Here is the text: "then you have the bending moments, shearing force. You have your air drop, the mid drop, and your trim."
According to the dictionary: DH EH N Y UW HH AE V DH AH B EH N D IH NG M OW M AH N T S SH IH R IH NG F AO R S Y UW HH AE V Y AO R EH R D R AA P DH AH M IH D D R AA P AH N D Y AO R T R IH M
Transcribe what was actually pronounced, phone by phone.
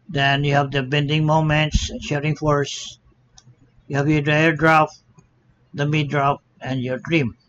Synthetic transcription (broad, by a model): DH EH N Y UW HH AE V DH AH B EH N D IH NG M OW M AH N T S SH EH R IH NG F AO R S Y UW HH AE V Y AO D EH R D R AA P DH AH M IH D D R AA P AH N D Y AO R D R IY M